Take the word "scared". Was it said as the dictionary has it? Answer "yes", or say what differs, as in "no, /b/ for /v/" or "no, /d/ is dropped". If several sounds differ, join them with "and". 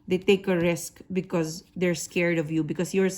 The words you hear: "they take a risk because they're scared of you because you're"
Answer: yes